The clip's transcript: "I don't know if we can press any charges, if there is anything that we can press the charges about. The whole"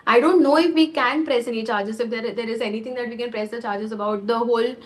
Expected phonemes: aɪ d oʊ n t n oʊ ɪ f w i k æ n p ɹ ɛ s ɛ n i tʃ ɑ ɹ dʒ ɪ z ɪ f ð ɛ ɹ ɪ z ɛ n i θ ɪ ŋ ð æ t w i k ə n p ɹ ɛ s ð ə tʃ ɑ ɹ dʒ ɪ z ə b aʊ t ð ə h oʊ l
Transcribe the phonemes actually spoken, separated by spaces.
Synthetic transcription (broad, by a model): aɪ d oʊ n t n oʊ ɪ f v i k æ n p ɹ ɛ s ɛ n i tʃ ɑ ɹ dʒ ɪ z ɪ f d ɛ ɹ ɪ z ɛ n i t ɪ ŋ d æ t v i k ə n p ɹ ɛ s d ə tʃ ɑ ɹ dʒ ɪ z ə b aʊ t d ə h oʊ l